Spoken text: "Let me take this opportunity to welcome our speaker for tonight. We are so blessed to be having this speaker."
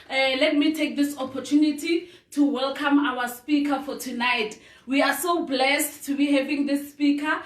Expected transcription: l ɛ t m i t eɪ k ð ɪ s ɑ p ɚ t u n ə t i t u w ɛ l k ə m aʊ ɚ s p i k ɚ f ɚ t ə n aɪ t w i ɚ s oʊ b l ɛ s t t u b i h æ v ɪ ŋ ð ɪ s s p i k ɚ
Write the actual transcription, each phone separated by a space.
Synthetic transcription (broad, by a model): l ɛ t m i t eɪ k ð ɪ s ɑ p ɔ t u n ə t i t u w ɛ l k ə m aʊ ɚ s p i k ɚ f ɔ t ə n aɪ t w i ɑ s oʊ b l ɛ s t t u b i h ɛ v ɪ ŋ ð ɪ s s p i k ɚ